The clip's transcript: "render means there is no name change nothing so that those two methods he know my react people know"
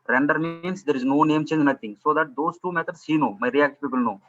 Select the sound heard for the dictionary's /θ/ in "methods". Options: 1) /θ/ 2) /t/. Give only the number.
2